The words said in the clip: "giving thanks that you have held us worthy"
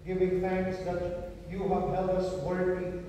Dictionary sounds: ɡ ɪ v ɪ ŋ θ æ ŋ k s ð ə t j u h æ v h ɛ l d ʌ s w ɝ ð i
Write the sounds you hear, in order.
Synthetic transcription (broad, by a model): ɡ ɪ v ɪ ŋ θ æ ŋ k s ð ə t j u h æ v h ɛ l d ʌ s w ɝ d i